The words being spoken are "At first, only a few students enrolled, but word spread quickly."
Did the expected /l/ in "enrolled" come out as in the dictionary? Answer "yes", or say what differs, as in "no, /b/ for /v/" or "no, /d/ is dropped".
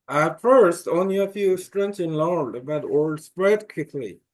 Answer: no, /l/ is dropped